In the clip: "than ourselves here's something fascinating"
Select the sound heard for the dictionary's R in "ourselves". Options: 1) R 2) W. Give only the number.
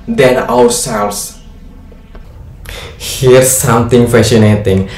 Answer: 2